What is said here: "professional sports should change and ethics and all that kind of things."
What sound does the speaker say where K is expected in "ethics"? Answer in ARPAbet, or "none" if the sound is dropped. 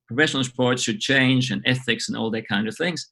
K